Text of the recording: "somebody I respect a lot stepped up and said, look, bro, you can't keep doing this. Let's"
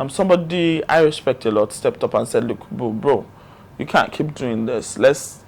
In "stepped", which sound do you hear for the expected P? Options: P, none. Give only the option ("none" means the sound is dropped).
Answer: P